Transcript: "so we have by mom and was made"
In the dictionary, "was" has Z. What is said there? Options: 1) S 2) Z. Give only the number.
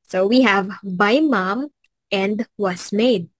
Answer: 1